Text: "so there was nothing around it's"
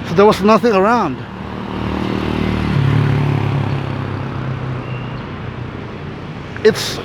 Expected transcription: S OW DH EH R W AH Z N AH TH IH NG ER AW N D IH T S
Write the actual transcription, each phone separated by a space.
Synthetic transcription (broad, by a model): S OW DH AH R W AH Z N AH TH IH NG ER AW N D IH T S